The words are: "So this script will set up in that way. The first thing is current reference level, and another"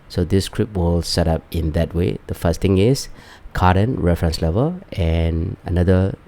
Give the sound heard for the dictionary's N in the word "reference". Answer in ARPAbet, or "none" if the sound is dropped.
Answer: N